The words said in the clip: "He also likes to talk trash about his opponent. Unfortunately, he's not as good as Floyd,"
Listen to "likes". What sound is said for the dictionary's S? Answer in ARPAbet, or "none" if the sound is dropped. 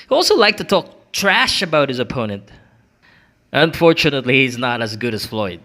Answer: none